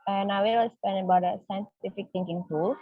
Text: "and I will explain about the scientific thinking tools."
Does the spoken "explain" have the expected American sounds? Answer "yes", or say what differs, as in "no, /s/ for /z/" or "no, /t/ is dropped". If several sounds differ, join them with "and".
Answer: no, /k/ is dropped and /l/ is dropped